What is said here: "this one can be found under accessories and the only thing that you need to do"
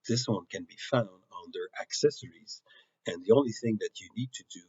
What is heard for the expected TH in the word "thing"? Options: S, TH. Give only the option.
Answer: TH